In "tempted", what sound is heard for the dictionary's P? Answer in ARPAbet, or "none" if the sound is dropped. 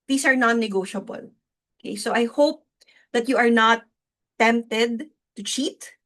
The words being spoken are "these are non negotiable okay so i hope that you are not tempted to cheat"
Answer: P